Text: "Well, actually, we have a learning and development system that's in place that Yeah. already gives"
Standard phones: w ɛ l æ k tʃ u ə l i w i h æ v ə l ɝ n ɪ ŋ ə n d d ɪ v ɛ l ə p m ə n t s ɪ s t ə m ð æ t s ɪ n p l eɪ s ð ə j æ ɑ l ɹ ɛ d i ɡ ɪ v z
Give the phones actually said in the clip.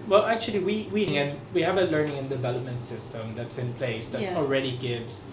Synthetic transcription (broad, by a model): w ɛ l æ k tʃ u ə w i w i h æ v ə l ɝ n ɪ ŋ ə n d d ɪ v ɛ l ə p m ə n t s ɪ s t ə m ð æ t s ɪ n p l eɪ s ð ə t ɑ l ɹ ɛ d i ɡ ɪ v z